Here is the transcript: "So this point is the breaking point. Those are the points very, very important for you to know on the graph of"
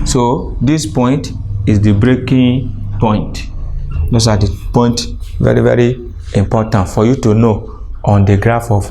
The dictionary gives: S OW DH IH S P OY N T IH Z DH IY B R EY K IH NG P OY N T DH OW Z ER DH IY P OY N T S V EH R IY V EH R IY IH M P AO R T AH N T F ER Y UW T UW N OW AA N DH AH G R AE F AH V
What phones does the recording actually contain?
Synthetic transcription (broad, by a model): S OW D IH S P OY N T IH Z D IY B R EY K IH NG P OY N T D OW S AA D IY P OY N T V EH R IY V EH R IY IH M P AO T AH N T F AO Y UW T UW N OW AA N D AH G R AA F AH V